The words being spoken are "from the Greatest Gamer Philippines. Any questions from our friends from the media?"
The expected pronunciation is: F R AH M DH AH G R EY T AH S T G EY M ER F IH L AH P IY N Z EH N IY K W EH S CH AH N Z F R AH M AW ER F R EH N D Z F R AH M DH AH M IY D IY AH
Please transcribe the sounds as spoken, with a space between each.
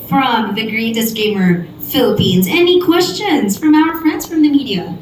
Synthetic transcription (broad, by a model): F R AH M DH AH G R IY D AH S G EY M ER F IH L AH P IY N Z EH N IY K W EH S CH AH N Z F R AH M AW ER F R EH N D Z F R AH M DH AH M IY D IY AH